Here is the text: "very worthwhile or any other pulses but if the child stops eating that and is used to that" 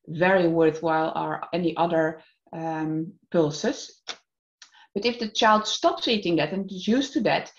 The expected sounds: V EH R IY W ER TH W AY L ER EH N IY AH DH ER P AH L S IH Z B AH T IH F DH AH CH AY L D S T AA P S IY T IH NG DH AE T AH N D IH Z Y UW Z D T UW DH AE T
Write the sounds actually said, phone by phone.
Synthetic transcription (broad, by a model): V EH R IY W ER TH W AY L ER EH N IY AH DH ER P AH L S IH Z B AH T IH F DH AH CH AY L D S T AA P S IY T IH NG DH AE T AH N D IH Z Y UW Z T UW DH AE T